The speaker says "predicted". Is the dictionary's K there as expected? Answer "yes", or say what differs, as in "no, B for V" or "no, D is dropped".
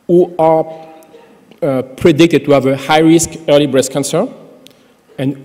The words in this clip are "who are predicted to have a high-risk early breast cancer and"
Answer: yes